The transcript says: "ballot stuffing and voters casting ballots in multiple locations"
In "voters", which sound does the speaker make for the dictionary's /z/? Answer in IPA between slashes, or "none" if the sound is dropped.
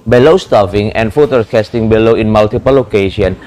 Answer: none